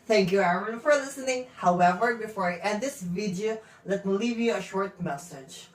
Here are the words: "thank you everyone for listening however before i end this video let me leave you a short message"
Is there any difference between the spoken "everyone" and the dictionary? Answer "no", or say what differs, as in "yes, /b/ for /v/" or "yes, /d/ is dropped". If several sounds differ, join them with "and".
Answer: yes, /v/ is dropped